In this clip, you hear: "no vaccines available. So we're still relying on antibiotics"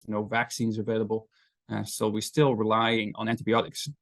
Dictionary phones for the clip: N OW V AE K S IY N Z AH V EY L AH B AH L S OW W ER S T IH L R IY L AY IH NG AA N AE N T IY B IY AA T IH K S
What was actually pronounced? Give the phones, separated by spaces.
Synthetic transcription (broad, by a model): N OW V AE K S IY N Z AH V EY L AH B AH L S OW W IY S T IH L R IY L AY IH NG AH N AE N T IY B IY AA T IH K S